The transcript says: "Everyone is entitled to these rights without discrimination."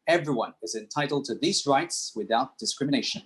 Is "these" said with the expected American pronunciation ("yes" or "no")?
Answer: yes